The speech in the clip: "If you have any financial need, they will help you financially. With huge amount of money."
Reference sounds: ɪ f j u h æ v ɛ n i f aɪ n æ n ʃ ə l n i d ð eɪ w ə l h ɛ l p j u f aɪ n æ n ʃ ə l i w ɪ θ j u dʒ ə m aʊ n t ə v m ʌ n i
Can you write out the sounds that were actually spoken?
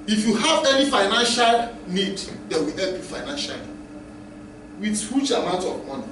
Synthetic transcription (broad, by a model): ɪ f j u h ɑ v ɛ n i f aɪ n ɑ n ʃ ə l n i d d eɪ w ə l h ɛ l p j u f aɪ n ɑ n ʃ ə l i w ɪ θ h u tʃ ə m aʊ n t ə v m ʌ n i